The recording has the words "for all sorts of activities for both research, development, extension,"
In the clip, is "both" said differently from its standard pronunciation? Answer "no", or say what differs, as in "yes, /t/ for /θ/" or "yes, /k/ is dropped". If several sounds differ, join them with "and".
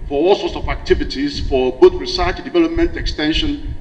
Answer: yes, /t/ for /θ/